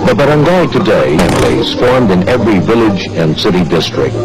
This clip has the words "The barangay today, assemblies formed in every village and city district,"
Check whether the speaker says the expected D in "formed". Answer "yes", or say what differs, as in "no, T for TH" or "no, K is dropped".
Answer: yes